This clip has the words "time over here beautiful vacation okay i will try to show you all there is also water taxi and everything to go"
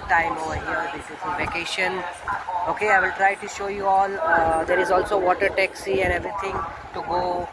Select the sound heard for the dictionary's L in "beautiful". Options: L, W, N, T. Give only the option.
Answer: N